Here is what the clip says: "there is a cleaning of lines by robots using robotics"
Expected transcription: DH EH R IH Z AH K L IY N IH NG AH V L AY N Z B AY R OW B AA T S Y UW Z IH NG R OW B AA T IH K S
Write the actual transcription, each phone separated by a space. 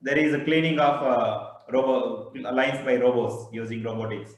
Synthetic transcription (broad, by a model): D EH R IH Z AH K L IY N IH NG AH B L AY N S B AY R OW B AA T S Y UW Z IH NG R OW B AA T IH K S